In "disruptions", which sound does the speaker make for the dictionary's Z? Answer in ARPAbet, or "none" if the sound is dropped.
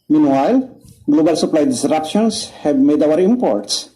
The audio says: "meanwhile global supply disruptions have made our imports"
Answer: S